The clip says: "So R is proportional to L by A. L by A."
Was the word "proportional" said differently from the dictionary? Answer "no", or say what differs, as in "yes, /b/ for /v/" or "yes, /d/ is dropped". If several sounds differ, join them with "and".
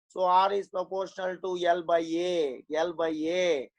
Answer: no